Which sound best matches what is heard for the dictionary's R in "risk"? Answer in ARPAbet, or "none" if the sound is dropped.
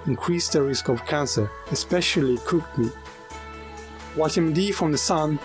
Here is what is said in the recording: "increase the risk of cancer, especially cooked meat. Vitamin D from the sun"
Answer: R